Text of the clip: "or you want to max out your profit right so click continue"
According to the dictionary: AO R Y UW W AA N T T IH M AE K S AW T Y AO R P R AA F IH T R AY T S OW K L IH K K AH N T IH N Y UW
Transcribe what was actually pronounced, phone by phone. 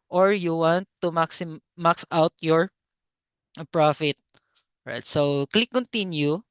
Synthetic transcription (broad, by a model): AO R Y UW W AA N T S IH M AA K S AW T Y AO R P R AA F IH T R AY T S OW K L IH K K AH N T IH N Y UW